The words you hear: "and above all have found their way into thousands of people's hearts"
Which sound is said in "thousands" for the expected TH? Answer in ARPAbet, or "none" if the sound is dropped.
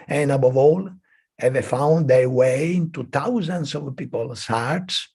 T